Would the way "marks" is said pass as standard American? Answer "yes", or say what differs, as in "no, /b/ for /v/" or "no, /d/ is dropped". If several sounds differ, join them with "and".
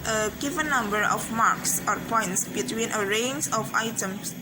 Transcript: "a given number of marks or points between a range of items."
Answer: yes